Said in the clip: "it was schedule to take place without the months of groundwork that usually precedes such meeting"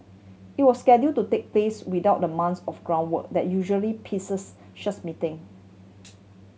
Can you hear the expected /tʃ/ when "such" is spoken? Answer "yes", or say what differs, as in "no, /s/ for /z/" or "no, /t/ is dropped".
no, /s/ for /tʃ/